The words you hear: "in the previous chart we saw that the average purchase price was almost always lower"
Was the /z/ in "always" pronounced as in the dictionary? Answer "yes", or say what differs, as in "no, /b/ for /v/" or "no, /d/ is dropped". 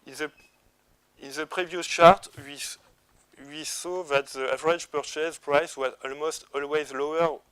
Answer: yes